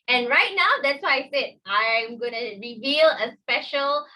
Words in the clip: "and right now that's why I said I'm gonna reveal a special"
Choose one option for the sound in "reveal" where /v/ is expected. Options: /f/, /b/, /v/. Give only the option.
/v/